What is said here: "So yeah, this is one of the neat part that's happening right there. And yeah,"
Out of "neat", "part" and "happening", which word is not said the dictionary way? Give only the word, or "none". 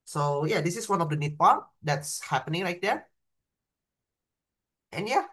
none